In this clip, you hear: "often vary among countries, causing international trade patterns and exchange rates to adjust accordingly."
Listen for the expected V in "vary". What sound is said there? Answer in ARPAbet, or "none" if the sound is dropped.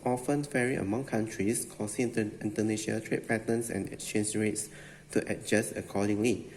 F